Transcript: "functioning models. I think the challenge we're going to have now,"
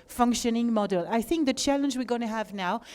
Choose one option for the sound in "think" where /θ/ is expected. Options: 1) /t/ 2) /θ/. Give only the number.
2